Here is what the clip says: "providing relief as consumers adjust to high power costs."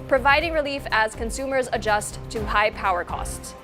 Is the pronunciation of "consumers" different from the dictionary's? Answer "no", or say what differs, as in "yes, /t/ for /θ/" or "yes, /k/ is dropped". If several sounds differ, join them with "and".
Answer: no